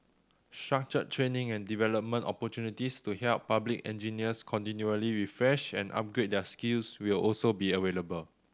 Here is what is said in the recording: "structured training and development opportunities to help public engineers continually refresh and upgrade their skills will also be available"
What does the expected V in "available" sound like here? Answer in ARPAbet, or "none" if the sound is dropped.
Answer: W